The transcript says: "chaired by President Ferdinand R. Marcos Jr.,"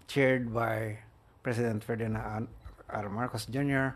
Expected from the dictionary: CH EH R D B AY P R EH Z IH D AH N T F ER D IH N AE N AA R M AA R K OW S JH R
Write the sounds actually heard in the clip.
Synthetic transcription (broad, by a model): CH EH R D B AY P R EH S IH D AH N T F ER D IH N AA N AA R M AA R K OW S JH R